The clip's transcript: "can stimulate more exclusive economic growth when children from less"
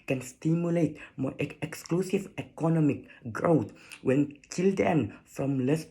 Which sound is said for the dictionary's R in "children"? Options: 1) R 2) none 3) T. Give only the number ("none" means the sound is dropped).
2